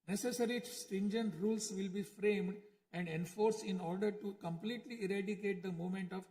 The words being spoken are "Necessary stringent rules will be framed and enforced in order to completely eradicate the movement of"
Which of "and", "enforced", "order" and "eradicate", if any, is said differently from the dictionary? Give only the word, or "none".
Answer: enforced